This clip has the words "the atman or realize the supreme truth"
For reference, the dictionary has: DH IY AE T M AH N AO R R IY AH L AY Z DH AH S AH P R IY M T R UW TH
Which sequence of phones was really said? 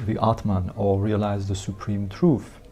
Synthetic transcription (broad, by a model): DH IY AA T M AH N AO L R IY AH L AY Z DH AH S AH P R IY M T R UW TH